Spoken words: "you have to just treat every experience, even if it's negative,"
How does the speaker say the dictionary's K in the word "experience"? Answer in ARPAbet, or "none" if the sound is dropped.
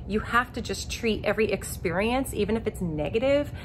K